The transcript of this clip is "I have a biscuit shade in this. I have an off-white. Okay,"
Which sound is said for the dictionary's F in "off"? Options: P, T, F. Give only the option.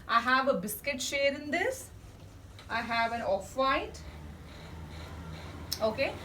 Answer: F